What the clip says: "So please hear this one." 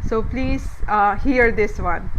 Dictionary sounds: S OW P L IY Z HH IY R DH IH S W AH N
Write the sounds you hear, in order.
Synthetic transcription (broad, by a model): S OW P L IY Z HH IY R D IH S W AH N